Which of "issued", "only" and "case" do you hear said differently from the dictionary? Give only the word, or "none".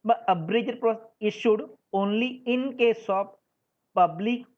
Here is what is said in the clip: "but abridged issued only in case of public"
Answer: none